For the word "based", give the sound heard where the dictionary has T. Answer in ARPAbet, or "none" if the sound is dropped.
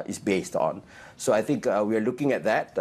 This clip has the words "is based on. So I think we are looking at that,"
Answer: T